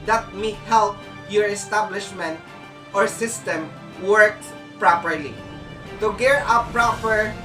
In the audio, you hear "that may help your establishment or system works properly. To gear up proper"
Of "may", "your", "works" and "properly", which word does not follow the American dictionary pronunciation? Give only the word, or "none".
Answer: works